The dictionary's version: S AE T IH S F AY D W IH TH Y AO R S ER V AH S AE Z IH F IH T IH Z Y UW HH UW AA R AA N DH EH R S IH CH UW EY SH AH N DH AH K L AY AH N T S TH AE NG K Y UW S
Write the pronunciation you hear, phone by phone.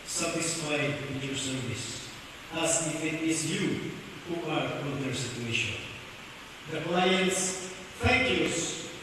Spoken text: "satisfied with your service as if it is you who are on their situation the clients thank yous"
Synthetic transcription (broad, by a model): S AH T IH S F AY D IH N Y AO R S ER V AH S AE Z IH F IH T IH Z Y UW HH UW AA R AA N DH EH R S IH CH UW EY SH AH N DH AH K L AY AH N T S F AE K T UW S